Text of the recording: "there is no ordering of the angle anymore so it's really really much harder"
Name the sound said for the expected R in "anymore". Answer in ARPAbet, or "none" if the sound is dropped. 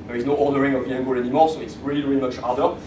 L